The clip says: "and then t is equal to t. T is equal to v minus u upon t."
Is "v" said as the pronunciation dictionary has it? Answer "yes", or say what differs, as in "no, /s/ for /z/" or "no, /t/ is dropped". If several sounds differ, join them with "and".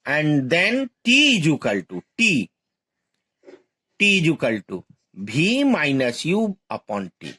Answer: no, /b/ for /v/